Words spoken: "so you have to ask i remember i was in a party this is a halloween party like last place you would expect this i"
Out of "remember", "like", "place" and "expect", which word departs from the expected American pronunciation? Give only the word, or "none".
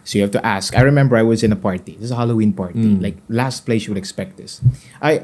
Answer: none